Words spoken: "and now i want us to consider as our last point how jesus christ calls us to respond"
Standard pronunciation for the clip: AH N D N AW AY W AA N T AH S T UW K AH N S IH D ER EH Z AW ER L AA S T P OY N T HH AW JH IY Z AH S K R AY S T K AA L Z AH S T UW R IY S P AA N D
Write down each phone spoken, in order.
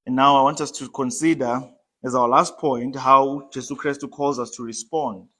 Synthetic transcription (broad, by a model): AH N N AW AY W AA N T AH S T UW K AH N S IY D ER EH Z AW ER L AA S T P OY N T HH AW JH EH S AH K R AY S T K AA L Z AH S T UW R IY S P AA N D